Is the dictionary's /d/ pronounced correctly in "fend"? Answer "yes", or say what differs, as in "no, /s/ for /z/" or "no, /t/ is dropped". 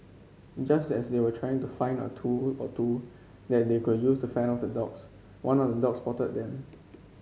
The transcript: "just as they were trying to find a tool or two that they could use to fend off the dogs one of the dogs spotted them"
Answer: no, /d/ is dropped